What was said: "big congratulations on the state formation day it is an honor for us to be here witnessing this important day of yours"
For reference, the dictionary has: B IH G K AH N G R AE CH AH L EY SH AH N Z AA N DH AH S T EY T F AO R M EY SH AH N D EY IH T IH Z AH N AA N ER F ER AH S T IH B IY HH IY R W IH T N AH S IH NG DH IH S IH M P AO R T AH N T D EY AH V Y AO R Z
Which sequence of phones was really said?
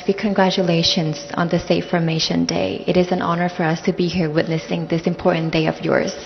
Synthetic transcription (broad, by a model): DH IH K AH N G R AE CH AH L EY SH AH N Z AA N DH AH S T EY F AO R M EY SH AH N D EY IH T IH Z AH N AA N ER F ER AH S T IH B IY HH IY R W IH T N AH S IH NG DH IH S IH M P AO R T N D EY AH V Y AO R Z